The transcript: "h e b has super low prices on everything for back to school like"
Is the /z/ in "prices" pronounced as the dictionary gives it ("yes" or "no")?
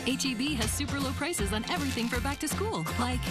yes